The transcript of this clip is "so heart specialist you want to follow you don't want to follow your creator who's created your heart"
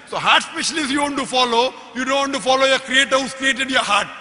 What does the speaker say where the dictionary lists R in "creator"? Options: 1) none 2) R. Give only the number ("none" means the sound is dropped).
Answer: 2